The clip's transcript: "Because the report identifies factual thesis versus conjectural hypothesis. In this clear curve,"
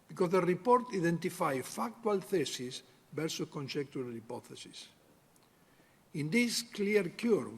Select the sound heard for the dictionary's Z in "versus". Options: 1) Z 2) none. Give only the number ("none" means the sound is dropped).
2